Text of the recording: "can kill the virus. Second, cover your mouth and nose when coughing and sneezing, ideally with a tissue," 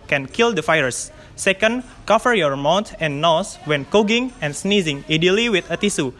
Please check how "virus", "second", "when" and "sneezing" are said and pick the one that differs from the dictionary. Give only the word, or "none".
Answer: virus